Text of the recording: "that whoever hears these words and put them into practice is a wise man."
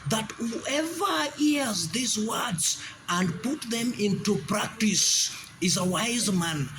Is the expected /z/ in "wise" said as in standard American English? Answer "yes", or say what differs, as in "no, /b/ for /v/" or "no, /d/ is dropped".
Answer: yes